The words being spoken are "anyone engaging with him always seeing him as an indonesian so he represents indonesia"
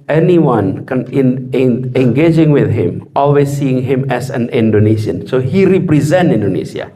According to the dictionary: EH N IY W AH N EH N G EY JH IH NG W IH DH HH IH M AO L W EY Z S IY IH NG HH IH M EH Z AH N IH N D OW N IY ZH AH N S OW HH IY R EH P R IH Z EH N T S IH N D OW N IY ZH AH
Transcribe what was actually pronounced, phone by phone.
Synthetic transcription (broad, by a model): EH N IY W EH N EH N G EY JH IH NG W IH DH HH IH M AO L W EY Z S IY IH NG HH IH M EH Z AH N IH N D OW N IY SH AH N S OW HH IY R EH P R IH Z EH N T IH N D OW N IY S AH